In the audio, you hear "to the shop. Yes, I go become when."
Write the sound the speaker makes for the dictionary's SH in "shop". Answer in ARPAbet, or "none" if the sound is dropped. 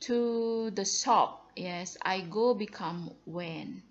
S